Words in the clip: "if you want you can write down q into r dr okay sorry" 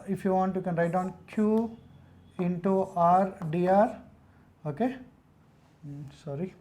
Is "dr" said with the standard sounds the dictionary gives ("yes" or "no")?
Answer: no